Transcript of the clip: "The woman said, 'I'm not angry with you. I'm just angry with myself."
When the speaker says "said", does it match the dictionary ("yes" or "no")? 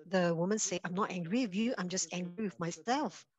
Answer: no